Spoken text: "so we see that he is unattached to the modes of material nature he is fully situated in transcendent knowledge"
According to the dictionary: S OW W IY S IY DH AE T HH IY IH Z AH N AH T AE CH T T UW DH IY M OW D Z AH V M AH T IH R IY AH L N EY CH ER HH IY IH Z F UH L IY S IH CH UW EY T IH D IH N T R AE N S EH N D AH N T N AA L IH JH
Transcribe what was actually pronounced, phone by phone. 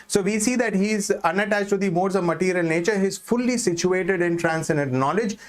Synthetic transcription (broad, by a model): S OW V IY S IY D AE T HH IY IH Z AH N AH T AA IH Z T UW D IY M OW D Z AH V M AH T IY R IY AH L N EY CH ER HH IY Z F UH L IY S IH CH UW EY T IH D IH N T R AE N S EH N D AH N T N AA L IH JH